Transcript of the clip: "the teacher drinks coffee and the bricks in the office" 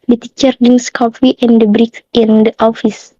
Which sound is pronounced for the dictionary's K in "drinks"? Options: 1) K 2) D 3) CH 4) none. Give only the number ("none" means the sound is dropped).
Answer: 4